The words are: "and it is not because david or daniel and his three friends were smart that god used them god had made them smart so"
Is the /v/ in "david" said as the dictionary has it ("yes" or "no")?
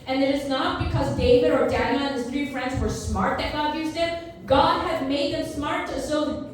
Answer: yes